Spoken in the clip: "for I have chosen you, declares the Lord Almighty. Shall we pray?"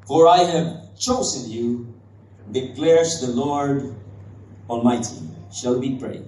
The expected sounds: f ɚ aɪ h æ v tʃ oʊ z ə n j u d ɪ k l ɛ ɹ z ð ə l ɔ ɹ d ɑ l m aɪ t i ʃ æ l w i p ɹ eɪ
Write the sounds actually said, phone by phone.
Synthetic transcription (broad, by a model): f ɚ aɪ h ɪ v tʃ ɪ s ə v j u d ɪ k l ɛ ɹ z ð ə l ɔ ɹ d ɑ l m aɪ t i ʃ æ l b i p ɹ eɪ